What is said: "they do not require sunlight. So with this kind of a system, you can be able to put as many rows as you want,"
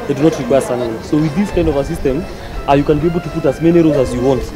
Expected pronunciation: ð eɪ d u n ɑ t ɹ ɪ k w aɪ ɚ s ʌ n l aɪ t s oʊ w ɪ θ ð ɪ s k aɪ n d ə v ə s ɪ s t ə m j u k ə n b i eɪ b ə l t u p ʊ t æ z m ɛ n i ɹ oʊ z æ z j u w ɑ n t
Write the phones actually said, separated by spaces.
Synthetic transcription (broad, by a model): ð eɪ d u n ɑ t ɹ ɪ k w aɪ ɚ s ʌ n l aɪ s oʊ w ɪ ð ɪ s k aɪ n d ə v ə s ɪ s t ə m j u k ə n b i eɪ b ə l t u p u t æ z m ɛ n i ɹ oʊ z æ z j u w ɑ n t